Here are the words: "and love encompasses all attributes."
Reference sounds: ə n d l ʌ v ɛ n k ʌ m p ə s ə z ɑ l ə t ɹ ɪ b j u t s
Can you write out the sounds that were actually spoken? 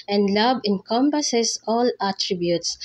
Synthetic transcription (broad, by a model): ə n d l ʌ b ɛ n k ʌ m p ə s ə s ɑ l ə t ɹ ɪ b j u t s